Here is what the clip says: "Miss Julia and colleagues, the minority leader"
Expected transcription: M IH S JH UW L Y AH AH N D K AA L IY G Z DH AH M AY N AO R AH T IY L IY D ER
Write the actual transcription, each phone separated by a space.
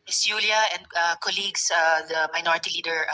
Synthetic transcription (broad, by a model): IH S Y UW L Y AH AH N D K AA L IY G S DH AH M AY N AO R AH T IY L IY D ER